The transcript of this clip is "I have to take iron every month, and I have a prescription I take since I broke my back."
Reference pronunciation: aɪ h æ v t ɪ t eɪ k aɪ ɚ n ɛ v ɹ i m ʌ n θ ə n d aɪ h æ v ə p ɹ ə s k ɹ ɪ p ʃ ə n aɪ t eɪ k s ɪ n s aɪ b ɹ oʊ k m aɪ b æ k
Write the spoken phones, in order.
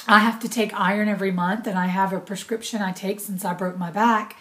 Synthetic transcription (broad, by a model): aɪ h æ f t ɪ t eɪ k aɪ ɚ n ɛ v ɹ i m ʌ n θ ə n aɪ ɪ v ə p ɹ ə s k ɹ ɪ p ʃ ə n aɪ t eɪ k s ɪ n s aɪ b ɹ oʊ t m aɪ b æ k